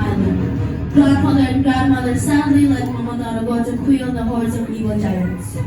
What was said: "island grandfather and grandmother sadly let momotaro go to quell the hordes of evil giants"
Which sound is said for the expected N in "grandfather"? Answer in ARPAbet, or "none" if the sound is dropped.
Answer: none